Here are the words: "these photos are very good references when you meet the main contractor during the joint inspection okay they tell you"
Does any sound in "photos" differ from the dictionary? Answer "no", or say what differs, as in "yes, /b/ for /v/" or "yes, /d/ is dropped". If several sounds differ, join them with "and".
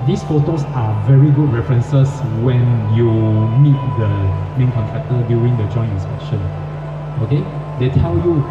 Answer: yes, /s/ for /z/